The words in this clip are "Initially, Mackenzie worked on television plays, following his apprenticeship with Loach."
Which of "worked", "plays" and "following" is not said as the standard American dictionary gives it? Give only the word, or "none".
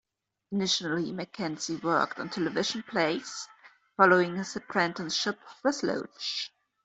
plays